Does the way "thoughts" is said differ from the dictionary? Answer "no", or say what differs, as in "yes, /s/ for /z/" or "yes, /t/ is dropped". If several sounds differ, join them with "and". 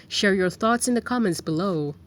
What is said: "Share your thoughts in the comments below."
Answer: no